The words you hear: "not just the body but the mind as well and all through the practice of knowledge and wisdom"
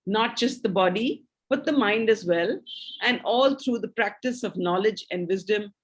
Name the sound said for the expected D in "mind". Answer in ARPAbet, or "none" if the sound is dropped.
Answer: D